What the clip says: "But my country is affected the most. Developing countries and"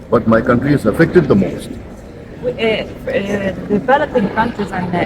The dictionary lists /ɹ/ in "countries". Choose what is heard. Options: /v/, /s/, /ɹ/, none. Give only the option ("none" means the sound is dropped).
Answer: none